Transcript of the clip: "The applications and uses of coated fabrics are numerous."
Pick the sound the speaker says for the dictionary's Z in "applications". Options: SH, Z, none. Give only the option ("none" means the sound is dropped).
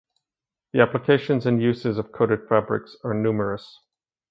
Z